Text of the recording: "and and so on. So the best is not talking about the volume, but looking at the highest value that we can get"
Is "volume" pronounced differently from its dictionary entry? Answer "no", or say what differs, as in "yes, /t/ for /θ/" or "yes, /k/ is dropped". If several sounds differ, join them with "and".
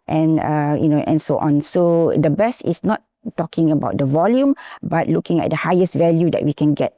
no